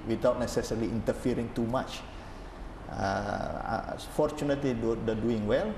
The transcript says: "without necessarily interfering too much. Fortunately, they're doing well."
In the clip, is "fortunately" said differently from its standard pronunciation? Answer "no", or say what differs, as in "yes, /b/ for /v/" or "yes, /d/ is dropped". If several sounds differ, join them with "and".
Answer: no